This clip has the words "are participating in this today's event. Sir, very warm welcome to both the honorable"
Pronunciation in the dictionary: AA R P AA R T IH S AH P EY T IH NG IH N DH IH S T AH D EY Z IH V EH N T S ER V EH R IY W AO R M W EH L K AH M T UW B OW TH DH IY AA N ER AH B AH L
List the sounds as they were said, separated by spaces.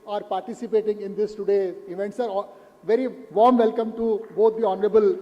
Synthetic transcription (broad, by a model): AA R P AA R T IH S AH P EY T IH NG IH N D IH S T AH D EY IH V EH N T S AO V EH R IY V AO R M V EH L K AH M T UW B OW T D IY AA N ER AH B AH L